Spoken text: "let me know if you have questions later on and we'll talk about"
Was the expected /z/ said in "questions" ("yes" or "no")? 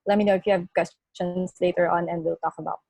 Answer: no